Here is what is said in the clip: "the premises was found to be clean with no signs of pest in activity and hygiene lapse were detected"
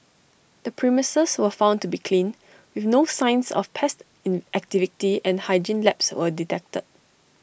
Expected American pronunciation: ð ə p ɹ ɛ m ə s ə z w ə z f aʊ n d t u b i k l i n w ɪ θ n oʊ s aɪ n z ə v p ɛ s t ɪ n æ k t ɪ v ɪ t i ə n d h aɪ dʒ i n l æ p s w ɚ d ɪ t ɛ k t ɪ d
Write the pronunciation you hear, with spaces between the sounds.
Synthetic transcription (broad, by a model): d ə p ɹ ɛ m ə s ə s w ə f aʊ n t u b i k l i n w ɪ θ n oʊ s aɪ n s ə f p ɛ s t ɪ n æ k t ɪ v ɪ t i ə n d h aɪ dʒ i n l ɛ p s w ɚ d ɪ t ɛ k t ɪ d